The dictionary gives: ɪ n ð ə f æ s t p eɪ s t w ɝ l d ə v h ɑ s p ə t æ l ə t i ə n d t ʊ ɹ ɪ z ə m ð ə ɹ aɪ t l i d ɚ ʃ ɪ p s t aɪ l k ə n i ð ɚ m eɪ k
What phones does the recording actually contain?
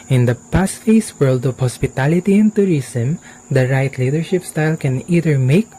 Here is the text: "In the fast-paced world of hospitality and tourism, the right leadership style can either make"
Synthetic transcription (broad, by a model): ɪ n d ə p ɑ s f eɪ s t w ɝ l d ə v h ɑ s p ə t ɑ l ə t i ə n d t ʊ ɹ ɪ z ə m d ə ɹ aɪ t l i d ɚ ʃ ɪ p s t aɪ l k ə n i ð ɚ m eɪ k